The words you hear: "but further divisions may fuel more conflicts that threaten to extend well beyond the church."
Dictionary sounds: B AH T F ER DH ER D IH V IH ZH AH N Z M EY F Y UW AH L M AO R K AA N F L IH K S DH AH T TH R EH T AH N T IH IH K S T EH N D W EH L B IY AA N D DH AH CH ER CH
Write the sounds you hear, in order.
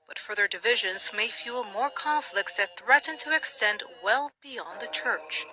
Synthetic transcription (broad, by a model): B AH T F ER DH ER D IH V IH ZH AH N Z M EY F Y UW L M AO R K AA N F L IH K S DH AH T TH R EH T N T IH IH K S T EH N D W EH L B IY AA N DH AH CH ER CH